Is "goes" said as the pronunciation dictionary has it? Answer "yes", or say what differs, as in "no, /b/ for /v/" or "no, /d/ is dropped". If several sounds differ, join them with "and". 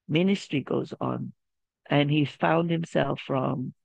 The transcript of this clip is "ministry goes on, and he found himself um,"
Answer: yes